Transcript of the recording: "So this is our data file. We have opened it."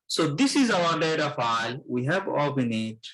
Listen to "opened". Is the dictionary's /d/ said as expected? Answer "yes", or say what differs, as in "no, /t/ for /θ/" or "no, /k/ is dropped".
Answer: no, /d/ is dropped